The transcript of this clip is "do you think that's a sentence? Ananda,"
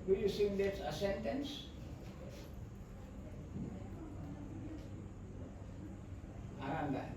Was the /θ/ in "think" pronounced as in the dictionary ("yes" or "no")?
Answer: no